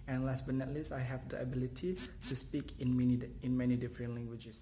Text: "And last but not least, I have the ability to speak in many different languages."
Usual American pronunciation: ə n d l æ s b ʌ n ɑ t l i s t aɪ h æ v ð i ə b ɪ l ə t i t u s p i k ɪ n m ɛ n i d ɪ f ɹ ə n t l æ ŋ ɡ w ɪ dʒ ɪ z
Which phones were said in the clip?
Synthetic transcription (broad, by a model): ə n l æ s b ʌ n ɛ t l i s aɪ h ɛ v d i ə b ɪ l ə t i t u s p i k ɪ n m ɛ n i d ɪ f ɹ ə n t l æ ŋ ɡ w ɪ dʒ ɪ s